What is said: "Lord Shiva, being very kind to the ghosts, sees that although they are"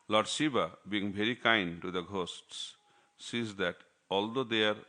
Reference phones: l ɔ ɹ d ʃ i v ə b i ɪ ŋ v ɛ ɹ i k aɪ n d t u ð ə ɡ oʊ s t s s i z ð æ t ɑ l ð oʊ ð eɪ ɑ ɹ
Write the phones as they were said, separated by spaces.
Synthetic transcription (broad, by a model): l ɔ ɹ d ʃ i b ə b i ɪ ŋ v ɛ ɹ i k aɪ n d t u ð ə ɡ oʊ s t s s i z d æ t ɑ l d oʊ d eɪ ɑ ɹ